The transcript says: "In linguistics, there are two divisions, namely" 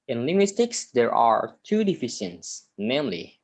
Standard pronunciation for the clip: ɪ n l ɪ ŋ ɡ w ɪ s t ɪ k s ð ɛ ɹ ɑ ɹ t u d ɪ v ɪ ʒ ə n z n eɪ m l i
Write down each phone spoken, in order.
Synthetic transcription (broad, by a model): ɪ n l ɪ ŋ ɡ w ɪ s t ɪ k s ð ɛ ɹ ɑ ɹ t u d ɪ f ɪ ʃ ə n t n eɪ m l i